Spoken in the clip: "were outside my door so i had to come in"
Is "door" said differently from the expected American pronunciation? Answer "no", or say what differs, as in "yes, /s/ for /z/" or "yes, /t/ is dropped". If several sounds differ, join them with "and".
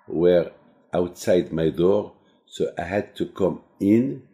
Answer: no